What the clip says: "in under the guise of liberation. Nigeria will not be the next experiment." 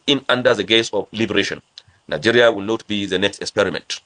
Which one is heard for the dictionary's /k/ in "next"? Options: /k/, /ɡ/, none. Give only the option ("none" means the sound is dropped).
/k/